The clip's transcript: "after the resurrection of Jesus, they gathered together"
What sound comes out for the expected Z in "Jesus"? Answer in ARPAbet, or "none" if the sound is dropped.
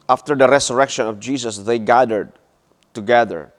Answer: S